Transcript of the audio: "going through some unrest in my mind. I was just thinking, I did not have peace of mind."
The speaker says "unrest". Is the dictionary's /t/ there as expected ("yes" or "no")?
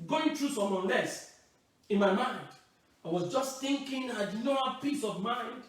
no